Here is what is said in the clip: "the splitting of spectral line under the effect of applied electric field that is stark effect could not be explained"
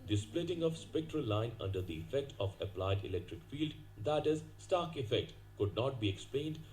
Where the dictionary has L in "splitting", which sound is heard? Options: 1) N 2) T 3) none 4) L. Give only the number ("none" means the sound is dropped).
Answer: 4